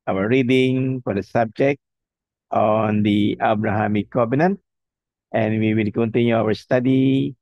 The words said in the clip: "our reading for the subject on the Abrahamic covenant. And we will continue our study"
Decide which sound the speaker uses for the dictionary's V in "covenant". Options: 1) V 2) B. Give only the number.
2